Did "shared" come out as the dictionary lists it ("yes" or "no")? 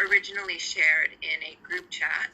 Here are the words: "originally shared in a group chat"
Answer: yes